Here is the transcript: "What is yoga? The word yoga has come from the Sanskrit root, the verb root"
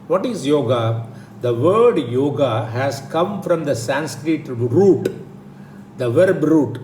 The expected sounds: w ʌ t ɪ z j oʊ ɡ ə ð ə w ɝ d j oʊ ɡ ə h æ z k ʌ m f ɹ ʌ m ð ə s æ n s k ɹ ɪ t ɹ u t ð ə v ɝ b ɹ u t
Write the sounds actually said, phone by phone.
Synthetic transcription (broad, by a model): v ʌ t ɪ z j oʊ ɡ ə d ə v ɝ d j oʊ ɡ ə h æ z k ʌ m f ɹ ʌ m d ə s æ n s k ɹ ɪ t ɹ u t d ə v ɝ b ɹ u t